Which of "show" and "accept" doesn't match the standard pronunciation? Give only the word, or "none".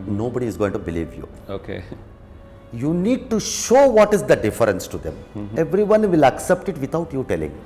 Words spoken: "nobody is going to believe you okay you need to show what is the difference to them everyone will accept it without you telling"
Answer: none